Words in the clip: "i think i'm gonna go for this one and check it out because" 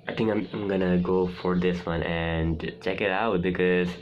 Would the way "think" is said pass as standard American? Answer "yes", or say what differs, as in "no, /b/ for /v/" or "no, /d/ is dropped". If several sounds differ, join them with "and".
no, /t/ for /θ/